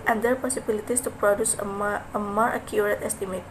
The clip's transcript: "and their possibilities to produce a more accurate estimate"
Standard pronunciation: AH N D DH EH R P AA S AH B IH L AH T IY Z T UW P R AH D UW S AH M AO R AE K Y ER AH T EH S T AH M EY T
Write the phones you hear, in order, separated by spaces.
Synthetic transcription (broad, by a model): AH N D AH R P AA S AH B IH L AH T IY S T UW P R AH D UW S AH M AO R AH K Y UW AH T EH S T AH M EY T